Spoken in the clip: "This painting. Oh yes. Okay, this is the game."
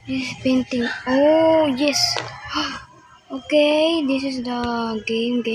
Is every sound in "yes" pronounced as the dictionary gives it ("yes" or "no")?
yes